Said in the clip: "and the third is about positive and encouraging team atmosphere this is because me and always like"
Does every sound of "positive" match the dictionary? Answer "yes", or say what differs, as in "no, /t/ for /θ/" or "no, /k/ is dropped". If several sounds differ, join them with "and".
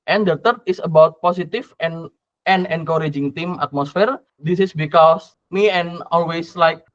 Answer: no, /s/ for /z/ and /f/ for /v/